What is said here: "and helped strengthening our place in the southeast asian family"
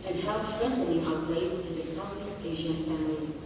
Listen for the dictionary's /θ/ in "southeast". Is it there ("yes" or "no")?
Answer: no